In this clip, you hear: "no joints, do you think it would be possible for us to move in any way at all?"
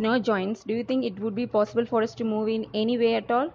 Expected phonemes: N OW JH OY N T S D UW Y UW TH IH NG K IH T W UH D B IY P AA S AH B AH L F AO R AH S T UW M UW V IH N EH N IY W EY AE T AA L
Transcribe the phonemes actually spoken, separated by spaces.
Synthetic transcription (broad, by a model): N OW JH OY N T S D UW Y UW T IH NG K IH T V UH D B IY P AA S AH B AH L F AO R AH S T UW M UW V IH N EH N IY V EY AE T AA L